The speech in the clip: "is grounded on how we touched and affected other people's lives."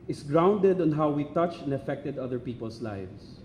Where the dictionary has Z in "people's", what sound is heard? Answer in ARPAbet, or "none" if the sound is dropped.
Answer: S